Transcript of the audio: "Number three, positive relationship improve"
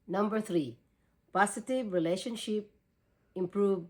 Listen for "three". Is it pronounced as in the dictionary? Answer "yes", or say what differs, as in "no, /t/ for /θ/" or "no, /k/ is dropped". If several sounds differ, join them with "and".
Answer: no, /t/ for /θ/